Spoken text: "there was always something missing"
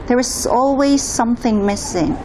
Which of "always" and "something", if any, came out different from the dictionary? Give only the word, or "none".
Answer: none